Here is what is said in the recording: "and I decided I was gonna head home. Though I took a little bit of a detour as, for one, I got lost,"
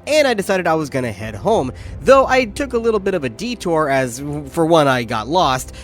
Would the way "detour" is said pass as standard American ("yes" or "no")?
yes